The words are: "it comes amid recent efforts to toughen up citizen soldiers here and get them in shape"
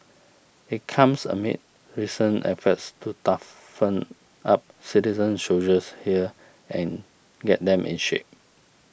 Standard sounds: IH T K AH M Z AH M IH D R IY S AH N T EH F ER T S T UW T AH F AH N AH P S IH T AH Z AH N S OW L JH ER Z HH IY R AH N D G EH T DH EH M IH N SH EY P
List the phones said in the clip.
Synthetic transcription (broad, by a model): IH T K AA M S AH M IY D R IY S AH N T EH F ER T S T UW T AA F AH N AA P S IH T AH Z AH N SH OW JH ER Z HH IY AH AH N G EH T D EH M IH N SH EY P